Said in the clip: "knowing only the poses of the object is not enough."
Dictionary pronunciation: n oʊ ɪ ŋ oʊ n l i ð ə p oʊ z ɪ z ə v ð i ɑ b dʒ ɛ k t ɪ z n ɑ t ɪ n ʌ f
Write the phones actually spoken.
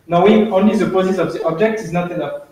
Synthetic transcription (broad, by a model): n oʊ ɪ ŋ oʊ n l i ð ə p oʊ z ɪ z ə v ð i ɑ b dʒ ɛ k t ɪ z n ɑ t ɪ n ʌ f